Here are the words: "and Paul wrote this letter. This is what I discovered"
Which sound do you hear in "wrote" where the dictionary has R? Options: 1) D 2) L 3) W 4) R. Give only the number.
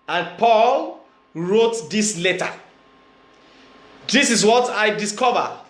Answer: 4